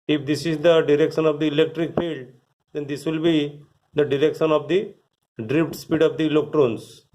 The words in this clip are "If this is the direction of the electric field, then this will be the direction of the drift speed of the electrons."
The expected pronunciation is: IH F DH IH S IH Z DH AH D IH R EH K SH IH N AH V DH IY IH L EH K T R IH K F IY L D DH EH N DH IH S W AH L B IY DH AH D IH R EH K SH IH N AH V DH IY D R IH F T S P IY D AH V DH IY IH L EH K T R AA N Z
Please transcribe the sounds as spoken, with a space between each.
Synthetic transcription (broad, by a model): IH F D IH S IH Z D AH D IH R EH K SH IH N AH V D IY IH L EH K T R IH K F IY L D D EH N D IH S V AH L B IY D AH D IH R EH K SH IH N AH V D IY D R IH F T S P IY D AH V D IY L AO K T R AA N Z